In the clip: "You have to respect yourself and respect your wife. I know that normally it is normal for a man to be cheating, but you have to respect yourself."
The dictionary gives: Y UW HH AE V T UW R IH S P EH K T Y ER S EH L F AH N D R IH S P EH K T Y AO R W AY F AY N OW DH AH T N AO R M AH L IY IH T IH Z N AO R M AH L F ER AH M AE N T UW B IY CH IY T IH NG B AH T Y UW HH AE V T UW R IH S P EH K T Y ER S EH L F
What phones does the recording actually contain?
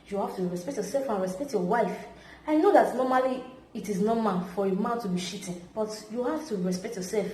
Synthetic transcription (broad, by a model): Y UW HH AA F T UW R IH S P EH K T Y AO S EH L F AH N R IH S P EH K T Y AO W AY F AY N OW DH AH T N AO M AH L IY T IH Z N AO M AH N F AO AH M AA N T UW B IY SH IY T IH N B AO T Y UW HH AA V T UW R IH S P EH K T Y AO S EH L F